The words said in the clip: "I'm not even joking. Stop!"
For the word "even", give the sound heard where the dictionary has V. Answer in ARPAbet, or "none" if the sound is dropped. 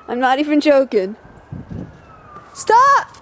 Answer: F